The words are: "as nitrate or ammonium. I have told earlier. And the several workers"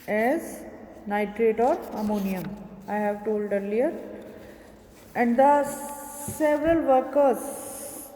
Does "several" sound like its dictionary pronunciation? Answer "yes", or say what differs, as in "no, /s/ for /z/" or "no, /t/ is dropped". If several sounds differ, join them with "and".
yes